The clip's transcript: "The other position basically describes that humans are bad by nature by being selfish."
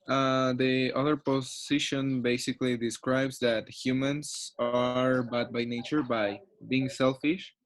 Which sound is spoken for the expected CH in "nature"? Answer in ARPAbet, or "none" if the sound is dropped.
CH